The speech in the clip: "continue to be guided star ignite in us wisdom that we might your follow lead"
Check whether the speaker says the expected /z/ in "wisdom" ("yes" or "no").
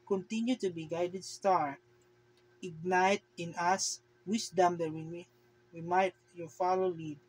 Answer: no